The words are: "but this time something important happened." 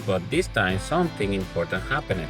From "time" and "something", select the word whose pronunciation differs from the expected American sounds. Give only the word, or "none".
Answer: something